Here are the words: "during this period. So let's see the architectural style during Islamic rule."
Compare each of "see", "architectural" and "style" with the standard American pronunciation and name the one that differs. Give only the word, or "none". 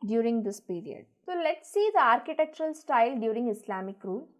none